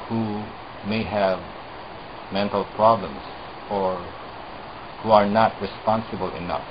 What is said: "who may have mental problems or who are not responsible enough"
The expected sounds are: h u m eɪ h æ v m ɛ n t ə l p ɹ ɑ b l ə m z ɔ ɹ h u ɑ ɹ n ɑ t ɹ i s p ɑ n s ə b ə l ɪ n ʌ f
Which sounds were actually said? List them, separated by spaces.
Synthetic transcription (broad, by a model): h u m eɪ h æ v m ɛ n t ə l p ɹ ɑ b l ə m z ɔ ɹ h u ɑ ɹ n ɑ t ɹ i s p ɑ n s ə b ə l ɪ n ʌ f